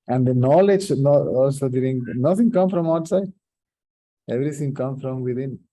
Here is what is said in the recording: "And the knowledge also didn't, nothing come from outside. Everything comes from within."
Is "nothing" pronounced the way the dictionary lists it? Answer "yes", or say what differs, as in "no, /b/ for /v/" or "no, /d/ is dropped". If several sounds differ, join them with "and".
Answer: no, /t/ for /θ/